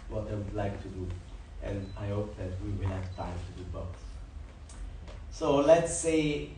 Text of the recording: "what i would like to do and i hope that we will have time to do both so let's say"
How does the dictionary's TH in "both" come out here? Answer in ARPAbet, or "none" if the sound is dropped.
S